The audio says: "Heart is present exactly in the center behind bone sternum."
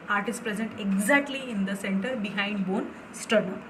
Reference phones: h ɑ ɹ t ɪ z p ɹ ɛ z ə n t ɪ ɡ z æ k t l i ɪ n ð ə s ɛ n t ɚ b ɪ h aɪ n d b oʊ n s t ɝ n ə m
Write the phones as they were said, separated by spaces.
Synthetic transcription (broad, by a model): ɑ ɹ t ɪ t p ɹ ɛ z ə n t ɪ ɡ z æ k t l i ɪ n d ə s ɛ n t ɚ b ɪ h aɪ n d b oʊ n s t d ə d